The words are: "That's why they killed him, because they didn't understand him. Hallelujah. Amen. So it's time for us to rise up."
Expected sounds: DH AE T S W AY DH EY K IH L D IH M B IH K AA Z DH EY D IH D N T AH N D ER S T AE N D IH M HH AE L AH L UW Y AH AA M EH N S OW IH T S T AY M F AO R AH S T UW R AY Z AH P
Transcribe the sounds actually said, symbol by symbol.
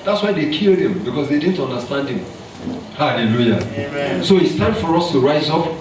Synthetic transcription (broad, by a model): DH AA T S W AY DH EY K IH L D IH M B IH K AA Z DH EY D IH D N T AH N D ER S T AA N D IH M HH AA L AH L UW Y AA S OW IH T S T AY M F AO R AH S T UW R AY Z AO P